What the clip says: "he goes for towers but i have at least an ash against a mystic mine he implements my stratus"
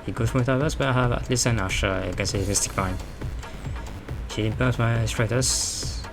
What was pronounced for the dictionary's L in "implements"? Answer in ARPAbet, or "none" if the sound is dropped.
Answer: none